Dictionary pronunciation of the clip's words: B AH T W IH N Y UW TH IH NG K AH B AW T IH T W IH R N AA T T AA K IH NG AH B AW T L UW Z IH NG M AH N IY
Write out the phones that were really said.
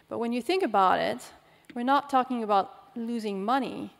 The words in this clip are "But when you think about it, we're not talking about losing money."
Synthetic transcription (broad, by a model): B AH T W IH N Y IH TH IH NG K AH B AW T IH T W IH R N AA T T AA K IH NG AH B AW T L UW Z IH NG M AH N IY